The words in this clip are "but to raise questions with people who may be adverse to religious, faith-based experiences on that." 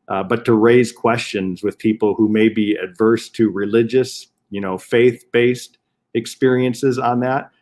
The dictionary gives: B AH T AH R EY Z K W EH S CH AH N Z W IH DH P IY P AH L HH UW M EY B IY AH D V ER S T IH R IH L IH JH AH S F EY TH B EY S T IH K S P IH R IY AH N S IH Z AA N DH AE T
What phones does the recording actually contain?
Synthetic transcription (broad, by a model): B AH T AH R EY Z K W EH S CH AH N Z W IH DH P IY P L HH UW M EY B IY AH D V ER S T IH R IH L IH JH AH S F EY TH B EY S T IH K S P IH R IY AH N S IH Z N DH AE T